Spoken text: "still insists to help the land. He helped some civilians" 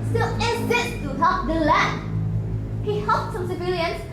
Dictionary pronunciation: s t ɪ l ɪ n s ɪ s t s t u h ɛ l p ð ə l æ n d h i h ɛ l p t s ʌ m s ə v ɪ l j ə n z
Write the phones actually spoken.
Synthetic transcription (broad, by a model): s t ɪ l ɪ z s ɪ t t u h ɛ p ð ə l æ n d h i h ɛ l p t s ʌ m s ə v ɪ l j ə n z